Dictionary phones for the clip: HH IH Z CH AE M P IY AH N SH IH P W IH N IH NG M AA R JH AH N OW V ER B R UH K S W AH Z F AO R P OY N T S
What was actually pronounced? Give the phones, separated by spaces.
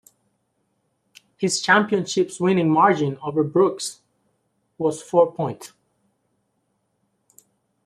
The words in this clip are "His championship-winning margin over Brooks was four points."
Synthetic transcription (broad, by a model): HH IH Z CH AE M P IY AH N SH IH P W IH N IH NG M AA R JH AH N OW V ER B R UH K S W AH Z F AO R P OY N T